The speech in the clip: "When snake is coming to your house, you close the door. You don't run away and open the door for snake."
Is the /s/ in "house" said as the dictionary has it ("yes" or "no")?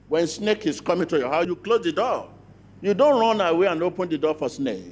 no